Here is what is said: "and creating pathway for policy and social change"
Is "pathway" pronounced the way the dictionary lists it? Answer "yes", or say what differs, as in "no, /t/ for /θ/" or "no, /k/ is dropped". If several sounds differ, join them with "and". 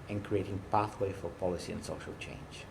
yes